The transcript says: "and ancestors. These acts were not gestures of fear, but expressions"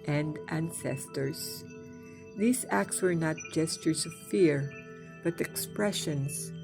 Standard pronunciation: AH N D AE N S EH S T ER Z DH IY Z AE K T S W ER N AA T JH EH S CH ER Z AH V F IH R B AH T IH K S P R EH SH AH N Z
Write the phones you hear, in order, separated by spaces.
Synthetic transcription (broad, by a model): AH N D AE N S EH S T ER Z DH IY Z AE K T S W ER N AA T JH EH S CH ER Z AH V F IH R B AH T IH K S P R EH SH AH N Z